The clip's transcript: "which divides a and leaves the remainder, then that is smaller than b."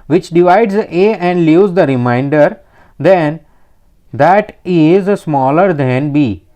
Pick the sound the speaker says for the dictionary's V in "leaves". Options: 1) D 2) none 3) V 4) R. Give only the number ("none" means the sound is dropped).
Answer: 2